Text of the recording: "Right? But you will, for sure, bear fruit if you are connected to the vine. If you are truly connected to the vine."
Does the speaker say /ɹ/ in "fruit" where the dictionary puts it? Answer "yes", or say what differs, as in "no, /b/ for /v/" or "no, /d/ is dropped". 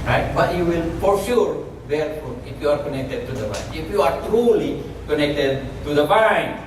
no, /ɹ/ is dropped